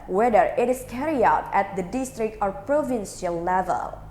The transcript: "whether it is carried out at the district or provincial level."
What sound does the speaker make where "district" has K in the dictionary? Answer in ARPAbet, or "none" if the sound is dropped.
K